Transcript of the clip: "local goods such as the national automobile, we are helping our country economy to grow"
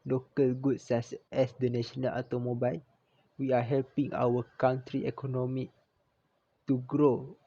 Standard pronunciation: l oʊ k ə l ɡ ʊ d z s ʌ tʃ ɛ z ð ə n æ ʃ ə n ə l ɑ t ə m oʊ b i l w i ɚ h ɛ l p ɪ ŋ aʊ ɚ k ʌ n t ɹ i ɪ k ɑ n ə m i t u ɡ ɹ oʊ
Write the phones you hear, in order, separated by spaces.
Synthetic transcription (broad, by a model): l oʊ k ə l ɡ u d s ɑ s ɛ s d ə n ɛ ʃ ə n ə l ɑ t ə m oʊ b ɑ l w i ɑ h ɛ l p ɪ ŋ aʊ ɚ k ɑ n t ɹ i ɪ k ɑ n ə m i t u ɡ ɹ oʊ